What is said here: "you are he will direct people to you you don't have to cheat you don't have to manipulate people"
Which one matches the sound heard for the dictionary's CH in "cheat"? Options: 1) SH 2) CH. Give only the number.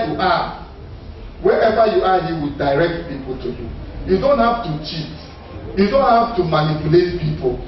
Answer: 2